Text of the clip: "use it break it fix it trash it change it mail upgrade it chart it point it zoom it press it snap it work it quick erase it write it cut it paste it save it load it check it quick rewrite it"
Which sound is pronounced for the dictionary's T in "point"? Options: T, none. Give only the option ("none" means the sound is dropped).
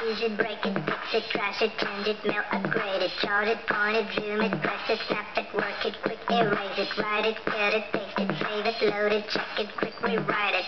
none